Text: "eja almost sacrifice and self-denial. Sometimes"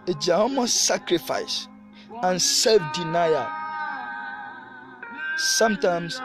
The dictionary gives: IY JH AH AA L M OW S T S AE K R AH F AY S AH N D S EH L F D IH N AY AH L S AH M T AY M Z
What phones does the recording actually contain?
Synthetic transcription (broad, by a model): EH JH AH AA M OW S S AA K R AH F AY S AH N S EH L F D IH N AY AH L S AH M T AY M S